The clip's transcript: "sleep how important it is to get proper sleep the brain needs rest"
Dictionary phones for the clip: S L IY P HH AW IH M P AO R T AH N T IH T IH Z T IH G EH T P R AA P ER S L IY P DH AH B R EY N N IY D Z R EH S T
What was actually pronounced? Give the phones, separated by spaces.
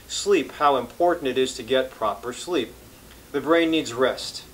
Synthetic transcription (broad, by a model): S L IY P HH AW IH M P AO R T N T IH T IH Z T IH G EH T P R AA P ER S L IY P DH AH B R EY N N IY D Z R EH S T